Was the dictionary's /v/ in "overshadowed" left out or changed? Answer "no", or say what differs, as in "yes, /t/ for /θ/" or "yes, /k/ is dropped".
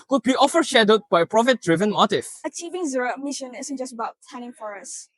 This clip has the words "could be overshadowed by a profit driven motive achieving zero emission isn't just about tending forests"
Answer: yes, /f/ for /v/